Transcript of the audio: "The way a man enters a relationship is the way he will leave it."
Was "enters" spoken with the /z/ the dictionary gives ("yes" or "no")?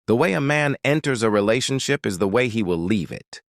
yes